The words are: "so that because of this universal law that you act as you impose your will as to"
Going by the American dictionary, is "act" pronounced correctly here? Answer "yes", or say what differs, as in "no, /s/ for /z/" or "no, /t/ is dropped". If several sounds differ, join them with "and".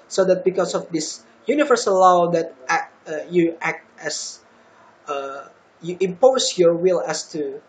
yes